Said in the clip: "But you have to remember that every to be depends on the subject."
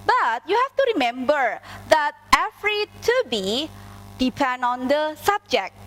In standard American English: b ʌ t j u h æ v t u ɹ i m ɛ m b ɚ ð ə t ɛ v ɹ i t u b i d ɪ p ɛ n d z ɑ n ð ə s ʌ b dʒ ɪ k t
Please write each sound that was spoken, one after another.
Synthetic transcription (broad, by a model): b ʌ t j u h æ f t u ɹ i m ɛ m b ɚ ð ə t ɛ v ɹ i t u b i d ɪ p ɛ n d ɑ n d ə s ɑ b dʒ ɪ k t